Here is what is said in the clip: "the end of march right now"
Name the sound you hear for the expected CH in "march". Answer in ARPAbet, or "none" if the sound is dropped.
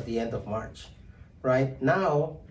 CH